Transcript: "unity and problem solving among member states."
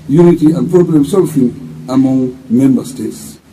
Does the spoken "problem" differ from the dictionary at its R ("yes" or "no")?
yes